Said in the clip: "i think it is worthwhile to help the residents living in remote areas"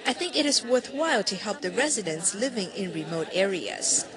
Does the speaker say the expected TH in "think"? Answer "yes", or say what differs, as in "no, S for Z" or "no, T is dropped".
yes